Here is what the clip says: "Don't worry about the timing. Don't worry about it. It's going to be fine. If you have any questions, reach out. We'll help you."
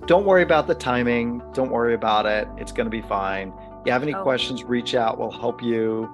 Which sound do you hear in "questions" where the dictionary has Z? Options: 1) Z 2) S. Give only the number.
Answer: 1